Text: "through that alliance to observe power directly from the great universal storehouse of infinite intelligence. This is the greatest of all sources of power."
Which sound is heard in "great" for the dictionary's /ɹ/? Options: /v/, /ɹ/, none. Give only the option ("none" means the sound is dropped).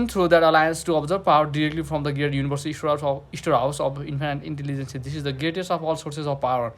none